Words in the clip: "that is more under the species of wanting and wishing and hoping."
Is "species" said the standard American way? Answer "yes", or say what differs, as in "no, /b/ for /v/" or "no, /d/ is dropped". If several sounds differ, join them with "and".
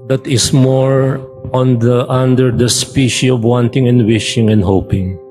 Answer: no, /z/ is dropped